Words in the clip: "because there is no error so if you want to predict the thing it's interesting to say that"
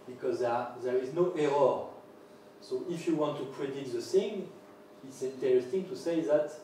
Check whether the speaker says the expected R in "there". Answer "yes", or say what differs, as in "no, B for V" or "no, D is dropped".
yes